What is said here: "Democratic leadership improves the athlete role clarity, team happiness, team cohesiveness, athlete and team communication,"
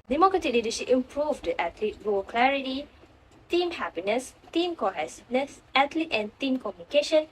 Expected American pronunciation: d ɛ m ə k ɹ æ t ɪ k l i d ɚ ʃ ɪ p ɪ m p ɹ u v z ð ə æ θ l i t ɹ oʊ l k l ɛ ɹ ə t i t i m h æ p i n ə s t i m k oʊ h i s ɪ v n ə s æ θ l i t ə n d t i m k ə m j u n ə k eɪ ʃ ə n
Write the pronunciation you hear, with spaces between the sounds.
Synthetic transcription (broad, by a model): d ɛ m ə k ɹ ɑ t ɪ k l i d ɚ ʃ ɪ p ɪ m p ɹ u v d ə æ t l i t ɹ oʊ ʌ k l ɛ ɹ ə t i t i m h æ p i n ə s t i m k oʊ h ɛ s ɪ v n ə s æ t l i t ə n t i m k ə m j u n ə k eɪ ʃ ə n